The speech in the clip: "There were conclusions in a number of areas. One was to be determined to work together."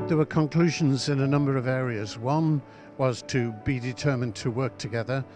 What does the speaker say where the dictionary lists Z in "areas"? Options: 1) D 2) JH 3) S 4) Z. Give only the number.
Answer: 4